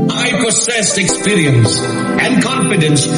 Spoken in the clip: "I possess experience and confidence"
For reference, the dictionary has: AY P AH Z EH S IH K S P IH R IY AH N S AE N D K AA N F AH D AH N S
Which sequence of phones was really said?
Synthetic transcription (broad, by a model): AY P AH S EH S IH K S P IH R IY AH N S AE N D K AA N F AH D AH N S